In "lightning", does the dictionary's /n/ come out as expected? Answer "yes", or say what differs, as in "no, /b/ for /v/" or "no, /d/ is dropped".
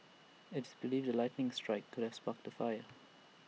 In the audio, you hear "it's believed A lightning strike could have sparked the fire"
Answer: yes